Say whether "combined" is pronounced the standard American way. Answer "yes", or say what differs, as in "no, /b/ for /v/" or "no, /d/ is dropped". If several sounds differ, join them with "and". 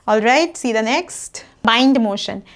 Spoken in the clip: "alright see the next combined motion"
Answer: no, /b/ is dropped